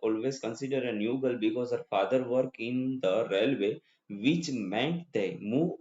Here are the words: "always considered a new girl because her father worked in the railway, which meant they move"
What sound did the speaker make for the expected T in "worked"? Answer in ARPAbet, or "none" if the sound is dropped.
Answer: none